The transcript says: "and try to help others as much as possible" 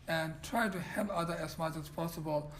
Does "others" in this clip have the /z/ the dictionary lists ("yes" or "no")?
no